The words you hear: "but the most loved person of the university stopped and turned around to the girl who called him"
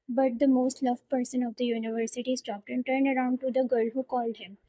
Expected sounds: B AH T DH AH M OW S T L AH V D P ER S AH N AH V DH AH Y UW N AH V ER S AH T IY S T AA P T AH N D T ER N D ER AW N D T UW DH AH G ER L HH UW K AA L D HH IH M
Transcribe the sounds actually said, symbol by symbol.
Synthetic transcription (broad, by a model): B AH T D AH M OW S T L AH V P ER S AH N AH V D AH Y UW N AH V ER S AH T IY S T AA P T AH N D T ER N D ER AW N D T UW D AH G ER L HH UW K AA L D HH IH M